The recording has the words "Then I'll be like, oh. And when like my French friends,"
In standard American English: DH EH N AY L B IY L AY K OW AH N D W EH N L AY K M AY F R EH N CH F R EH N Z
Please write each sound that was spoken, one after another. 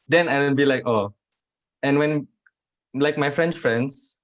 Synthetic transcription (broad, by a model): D EH N AY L B IY L AY K OW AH N W EH N L AY K M AY F R EH N S F R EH N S